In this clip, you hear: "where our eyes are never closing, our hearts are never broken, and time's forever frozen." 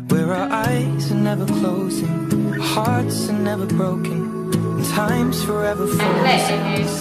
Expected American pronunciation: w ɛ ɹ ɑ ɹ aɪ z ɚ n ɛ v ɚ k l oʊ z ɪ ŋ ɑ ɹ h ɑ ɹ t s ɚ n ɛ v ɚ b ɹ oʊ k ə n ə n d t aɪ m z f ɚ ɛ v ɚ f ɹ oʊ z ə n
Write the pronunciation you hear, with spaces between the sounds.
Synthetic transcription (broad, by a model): w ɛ ɹ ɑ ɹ aɪ z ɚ n ɛ v ɚ k l oʊ z ɪ ŋ h ɑ ɹ t s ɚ n ɛ v ɚ b ɹ oʊ ə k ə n t aɪ m z f ɚ ɛ v ɚ f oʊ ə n